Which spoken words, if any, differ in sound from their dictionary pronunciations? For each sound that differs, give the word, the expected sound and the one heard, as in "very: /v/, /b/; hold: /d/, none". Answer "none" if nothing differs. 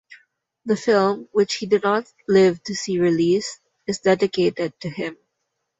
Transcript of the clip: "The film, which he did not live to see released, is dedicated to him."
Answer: released: /t/, none